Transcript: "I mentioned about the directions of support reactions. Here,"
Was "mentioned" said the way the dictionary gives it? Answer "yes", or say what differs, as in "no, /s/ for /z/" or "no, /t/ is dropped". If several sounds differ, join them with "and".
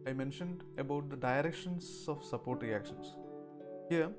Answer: yes